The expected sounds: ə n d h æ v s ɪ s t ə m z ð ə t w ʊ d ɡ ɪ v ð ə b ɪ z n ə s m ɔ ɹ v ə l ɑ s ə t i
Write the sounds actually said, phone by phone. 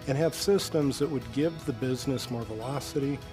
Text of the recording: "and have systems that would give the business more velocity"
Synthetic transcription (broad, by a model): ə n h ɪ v s ɪ s t ə m z ð ə t w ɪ d ɡ ɪ v ð ə b ɪ z n ə s m ɔ ɹ v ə l ɑ s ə t i